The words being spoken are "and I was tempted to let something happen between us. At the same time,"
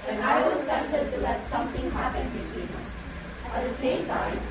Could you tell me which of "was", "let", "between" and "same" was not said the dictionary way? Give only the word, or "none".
was